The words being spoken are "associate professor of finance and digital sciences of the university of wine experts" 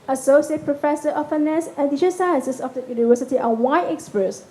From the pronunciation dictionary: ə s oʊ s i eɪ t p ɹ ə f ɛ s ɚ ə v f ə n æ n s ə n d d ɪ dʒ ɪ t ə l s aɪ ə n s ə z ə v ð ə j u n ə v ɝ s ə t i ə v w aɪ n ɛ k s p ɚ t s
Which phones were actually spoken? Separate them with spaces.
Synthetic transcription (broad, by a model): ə s oʊ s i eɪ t p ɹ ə f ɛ s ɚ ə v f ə n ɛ s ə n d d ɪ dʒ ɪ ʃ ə s aɪ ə n s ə s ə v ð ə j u n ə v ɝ s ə t i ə w aɪ ɛ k s p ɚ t s